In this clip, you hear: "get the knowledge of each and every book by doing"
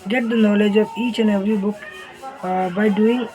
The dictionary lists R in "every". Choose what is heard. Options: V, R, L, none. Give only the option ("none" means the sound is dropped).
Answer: R